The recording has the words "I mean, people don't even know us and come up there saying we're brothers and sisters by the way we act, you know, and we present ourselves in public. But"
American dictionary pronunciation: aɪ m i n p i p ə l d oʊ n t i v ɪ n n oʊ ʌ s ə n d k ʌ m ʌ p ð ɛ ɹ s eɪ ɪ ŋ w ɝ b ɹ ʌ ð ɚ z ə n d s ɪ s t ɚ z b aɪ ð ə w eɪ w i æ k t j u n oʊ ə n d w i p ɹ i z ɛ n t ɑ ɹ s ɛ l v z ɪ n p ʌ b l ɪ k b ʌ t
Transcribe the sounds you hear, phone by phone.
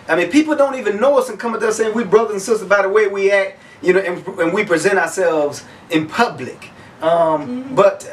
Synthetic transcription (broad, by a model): aɪ m i n p i p l d oʊ n t i v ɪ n n oʊ ʌ s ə n k ʌ m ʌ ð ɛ s eɪ ɪ ŋ w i b ɹ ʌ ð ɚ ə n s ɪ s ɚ b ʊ ð ə w eɪ w i æ k t j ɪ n oʊ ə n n w i p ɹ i z ɛ t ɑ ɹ s ɛ l v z ɪ n p ʌ b l ɪ k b ʌ t